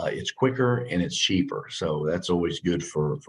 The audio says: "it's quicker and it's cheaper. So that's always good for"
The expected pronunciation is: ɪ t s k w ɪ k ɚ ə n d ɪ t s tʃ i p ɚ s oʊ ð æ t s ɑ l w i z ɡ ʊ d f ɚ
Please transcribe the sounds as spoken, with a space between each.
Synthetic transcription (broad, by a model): ɪ t s k w ɪ k ɚ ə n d ɪ t s tʃ i p ɚ s oʊ ð æ t s ɑ l w i z ɡ ʊ d f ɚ